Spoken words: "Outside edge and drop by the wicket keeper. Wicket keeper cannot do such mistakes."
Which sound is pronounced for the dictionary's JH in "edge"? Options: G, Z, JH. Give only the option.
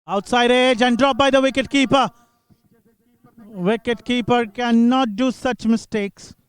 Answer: JH